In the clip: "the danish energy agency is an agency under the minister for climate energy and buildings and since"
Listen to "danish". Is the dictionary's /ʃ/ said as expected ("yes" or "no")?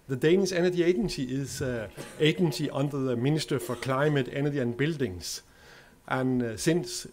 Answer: no